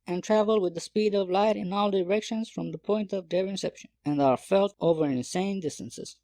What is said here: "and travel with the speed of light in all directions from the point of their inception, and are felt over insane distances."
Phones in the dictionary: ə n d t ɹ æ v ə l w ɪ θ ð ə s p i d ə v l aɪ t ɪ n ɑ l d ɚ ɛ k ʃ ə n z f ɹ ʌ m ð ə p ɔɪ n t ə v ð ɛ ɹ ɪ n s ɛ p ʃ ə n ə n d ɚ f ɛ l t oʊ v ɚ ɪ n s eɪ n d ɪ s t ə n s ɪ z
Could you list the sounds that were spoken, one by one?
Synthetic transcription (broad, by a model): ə n t ɹ æ v ə l w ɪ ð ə s p i d ə v l aɪ t ɪ n ɑ l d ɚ ɛ k ʃ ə n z f ɹ ʌ m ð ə p ɔɪ n t ə v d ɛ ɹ ɪ n s ɛ p ʃ ə n ə n d ɚ f ɛ l t oʊ v ɚ ɪ n s eɪ n d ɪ s t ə n s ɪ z